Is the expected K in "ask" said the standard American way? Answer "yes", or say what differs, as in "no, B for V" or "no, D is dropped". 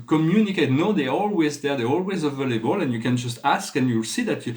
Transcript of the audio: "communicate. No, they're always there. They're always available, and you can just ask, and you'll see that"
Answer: yes